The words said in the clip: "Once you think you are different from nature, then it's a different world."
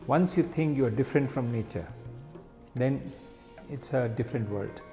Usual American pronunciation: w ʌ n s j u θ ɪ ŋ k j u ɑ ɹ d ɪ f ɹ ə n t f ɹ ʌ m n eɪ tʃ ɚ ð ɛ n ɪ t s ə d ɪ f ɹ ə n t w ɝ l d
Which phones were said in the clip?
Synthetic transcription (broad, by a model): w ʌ n s j u t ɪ ŋ k j u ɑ ɹ d ɪ f ɹ ə n t f ɹ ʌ m n eɪ tʃ ɚ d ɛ n ɪ t s ə d ɪ f ɹ ə n t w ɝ l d